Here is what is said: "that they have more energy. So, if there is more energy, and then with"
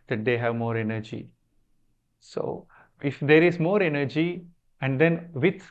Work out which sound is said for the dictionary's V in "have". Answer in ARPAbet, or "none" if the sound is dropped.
V